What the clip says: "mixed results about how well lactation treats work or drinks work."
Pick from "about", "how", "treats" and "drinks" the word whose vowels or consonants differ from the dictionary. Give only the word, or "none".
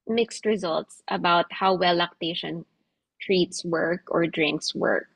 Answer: none